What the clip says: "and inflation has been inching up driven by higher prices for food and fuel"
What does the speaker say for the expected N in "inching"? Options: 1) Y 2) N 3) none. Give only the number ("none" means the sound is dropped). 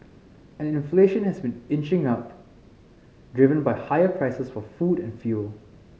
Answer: 2